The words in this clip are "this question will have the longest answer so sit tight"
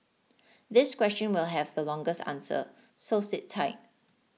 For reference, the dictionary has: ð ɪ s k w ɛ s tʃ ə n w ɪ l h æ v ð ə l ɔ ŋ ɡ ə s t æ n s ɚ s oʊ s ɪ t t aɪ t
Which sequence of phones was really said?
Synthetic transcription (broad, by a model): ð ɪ s k w ɛ s tʃ ə n w ɪ l h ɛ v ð ə l ɔ ŋ ɡ ə s t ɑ n s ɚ s oʊ s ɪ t t aɪ t